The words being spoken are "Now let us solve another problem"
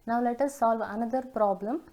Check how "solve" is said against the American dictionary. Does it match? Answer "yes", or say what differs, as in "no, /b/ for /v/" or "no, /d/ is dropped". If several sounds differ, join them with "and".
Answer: yes